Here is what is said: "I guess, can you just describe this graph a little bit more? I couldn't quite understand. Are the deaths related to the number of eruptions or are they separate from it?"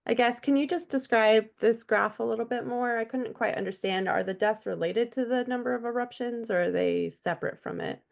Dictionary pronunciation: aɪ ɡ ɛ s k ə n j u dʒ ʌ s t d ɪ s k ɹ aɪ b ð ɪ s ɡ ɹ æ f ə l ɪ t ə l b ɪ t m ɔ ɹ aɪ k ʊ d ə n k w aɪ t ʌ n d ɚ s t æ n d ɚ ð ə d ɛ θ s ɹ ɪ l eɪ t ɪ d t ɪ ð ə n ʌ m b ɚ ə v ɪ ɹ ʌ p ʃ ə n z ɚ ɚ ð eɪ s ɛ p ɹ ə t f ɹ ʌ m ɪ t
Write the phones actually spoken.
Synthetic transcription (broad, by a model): aɪ ɡ ɛ s k ə n j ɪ dʒ ʌ s d ɪ s k ɹ aɪ b ð ɪ s ɡ ɹ æ f ə l ɪ t l b ɪ t m ɔ ɹ aɪ k ʊ d n k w aɪ t ʌ n d ɚ s t æ n d ɚ ð ə d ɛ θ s ɹ ɪ l eɪ t ɪ d t ɪ ð ə n ʌ m b ɚ ə v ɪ ɹ ʌ p ʃ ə n z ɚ ɚ ð eɪ s ɛ p ɹ ə t f ɹ ʌ m ɪ t